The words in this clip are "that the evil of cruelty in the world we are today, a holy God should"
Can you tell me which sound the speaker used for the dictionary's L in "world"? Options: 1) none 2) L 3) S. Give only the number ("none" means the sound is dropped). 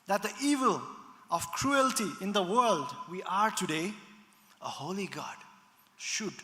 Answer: 2